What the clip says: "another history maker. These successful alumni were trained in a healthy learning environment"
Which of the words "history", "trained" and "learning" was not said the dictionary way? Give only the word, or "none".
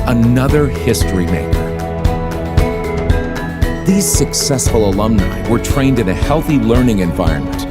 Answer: none